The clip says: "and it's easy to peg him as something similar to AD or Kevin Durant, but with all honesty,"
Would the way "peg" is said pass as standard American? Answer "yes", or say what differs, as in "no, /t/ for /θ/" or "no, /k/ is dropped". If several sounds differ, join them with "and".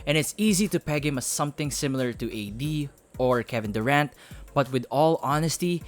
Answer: yes